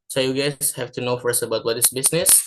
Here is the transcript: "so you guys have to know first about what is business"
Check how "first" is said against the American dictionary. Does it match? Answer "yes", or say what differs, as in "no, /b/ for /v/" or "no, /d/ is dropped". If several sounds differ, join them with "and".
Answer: yes